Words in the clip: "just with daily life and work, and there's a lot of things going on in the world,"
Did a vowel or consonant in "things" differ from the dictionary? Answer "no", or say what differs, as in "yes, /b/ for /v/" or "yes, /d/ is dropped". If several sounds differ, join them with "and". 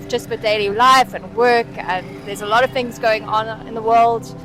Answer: no